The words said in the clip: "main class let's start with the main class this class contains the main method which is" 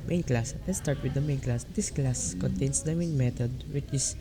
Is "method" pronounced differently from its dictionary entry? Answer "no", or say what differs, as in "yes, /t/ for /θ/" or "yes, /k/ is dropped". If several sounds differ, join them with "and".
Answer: yes, /t/ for /θ/